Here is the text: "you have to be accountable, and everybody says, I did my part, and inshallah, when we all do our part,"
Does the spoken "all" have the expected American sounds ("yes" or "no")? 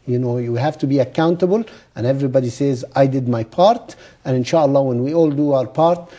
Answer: yes